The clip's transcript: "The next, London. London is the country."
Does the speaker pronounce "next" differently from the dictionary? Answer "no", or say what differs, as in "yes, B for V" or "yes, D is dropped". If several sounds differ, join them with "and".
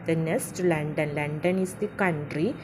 yes, K is dropped